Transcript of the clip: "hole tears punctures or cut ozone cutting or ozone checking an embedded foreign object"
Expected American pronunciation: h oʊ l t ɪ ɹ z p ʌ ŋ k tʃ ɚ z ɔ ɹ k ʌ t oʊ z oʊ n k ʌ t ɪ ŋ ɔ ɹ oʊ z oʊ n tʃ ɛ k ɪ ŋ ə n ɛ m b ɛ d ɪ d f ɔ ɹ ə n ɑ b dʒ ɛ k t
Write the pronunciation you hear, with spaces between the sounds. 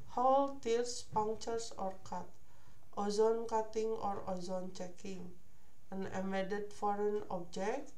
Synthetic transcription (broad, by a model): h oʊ l t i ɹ s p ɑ ŋ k tʃ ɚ s ɔ ɹ k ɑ t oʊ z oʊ n k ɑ t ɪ ŋ ɔ ɹ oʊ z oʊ n tʃ ɛ k ɪ ŋ ə n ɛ m ɛ d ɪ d f ɔ ɹ ə n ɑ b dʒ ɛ k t